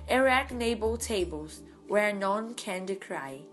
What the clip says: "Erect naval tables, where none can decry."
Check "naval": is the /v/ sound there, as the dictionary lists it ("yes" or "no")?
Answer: no